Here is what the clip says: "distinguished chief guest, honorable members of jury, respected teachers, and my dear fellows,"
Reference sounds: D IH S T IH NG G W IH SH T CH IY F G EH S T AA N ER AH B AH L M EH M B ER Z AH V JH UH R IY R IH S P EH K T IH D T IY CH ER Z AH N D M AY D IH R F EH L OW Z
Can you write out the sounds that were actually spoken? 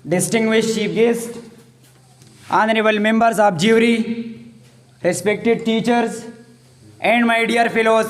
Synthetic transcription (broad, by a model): D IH S T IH NG G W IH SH T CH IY P G EH S T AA N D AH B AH L M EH M B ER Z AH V JH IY R IY R IH S P EH K T IH D T IY CH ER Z AH N D M AY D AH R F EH L OW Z